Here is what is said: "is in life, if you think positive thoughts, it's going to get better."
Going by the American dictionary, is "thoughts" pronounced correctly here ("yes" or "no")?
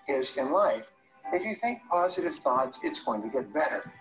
yes